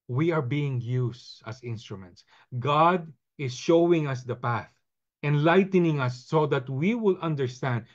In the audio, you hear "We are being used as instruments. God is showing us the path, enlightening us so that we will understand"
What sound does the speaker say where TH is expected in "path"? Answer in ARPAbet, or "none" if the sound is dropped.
TH